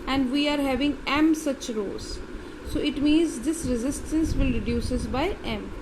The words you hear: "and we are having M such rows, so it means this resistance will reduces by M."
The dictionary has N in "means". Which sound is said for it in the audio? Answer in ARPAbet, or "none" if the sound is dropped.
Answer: N